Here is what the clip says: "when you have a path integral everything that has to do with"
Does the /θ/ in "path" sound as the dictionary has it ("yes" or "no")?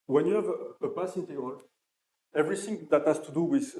no